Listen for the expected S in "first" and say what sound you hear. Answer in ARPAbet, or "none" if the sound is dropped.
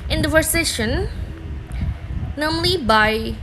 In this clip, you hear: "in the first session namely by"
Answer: none